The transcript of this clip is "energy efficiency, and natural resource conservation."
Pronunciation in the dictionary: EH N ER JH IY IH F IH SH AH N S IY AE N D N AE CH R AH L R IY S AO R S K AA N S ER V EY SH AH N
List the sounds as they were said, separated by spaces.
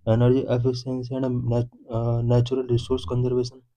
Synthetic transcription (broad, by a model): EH N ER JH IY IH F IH S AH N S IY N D N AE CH R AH L R IY S AO R S K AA N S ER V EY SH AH N